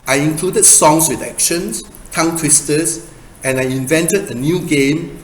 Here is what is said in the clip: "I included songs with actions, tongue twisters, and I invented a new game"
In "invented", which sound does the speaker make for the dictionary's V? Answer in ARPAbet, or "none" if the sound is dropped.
V